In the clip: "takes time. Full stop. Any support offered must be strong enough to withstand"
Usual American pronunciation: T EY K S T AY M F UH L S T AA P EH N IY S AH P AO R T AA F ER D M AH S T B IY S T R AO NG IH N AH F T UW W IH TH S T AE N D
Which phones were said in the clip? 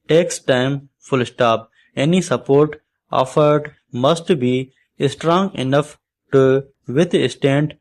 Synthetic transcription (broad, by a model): T EY K S T AY M F UH L S T AA P EH N IY S AH P AO R T AA F ER D M AH S T B IY S T R AO NG IH N AH F T UW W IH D S T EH N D